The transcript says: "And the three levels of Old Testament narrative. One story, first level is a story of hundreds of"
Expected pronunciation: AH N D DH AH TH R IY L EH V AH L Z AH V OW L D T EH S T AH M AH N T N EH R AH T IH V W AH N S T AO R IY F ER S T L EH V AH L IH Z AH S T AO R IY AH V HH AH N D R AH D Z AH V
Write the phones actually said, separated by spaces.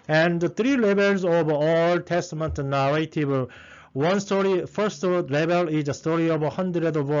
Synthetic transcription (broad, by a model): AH N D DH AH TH R IY L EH B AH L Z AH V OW L T EH S T AH M AH N T N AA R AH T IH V W AH N S T AO R IY F ER S T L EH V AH L IH Z AH S T AO R IY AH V HH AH N D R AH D AH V